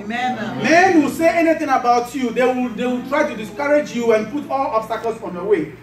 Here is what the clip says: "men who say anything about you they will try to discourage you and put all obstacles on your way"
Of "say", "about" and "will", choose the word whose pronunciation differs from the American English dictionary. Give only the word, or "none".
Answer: will